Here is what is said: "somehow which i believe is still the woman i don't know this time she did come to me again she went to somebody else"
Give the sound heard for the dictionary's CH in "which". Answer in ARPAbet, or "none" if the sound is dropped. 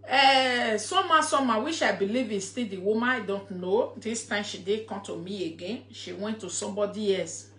SH